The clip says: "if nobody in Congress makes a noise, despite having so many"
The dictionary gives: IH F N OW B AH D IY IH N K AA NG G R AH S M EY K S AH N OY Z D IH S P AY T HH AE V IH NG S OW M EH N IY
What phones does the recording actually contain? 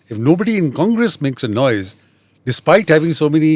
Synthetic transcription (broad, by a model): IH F N OW B AH D IY IH N K AA NG G R AH S M EY K S AH N OY Z D IH S P AY T HH AE V IH NG S OW M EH N IY